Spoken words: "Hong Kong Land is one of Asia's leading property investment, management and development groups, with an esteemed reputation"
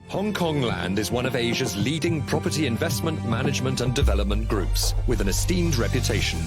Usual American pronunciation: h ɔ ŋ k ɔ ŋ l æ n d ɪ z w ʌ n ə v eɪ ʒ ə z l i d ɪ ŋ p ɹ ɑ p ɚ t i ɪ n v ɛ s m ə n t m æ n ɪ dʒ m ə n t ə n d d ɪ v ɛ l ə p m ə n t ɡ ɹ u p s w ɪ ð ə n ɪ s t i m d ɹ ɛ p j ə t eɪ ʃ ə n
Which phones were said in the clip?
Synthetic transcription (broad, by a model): h ɔ ŋ k ɔ ŋ l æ n d ɪ z w ʌ n ə v eɪ ʒ ə z l i d ɪ ŋ p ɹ ɑ p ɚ t i ɪ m v ɛ s m ə n t m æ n ɪ dʒ m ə n t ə n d d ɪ v ɛ l ə p m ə n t ɡ ɹ u p s w ɪ ð ə n ɪ s t i m d ɹ ɛ p j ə t eɪ ʃ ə n